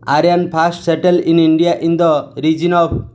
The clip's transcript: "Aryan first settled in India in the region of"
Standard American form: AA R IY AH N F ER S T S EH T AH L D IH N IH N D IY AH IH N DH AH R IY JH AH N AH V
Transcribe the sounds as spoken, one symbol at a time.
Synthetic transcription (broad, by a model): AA R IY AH N P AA S T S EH T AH L IH N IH N D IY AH IH N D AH R IY JH AH N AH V